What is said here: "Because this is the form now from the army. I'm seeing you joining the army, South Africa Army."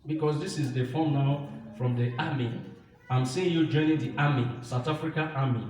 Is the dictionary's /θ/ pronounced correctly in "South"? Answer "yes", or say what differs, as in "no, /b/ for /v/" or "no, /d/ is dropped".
no, /t/ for /θ/